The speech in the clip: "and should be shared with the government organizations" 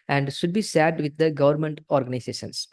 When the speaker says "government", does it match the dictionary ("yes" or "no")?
yes